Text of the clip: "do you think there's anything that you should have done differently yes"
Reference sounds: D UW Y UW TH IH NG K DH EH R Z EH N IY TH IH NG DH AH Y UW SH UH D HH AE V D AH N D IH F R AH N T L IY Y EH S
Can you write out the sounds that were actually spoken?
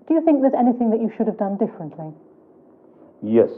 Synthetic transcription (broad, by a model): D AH Y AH TH IH NG K DH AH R Z EH N IY TH IH NG DH AH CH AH SH UH D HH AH V D AH N D IH F R AH N T L IY Y EH S